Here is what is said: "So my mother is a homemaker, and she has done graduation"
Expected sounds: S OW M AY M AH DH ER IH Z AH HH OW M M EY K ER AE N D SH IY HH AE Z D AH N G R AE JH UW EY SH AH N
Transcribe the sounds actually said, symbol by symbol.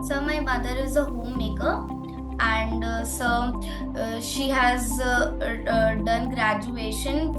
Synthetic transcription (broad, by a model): S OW M AY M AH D ER IH Z AH HH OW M M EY K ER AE N D SH IY HH AE Z D AH N G R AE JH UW EY SH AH N